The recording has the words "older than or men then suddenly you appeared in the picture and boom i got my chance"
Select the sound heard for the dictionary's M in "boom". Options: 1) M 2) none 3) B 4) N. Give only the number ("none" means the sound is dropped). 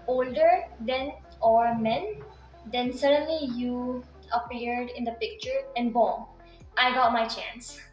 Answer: 2